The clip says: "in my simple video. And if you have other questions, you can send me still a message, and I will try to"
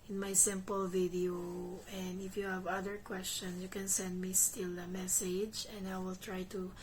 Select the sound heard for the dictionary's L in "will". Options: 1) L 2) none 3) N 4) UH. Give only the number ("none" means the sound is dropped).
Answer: 1